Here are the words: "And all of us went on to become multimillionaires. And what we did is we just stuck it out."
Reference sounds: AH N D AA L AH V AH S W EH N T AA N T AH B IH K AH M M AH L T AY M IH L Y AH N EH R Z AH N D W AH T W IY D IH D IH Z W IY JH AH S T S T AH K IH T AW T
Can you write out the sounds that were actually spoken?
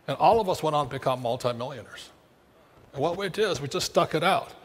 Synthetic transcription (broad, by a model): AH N AA L AH V AH S W EH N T N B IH K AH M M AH L T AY M IH L Y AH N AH R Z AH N W AH T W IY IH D IH Z W IY JH AH S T S T AH K IH T AW T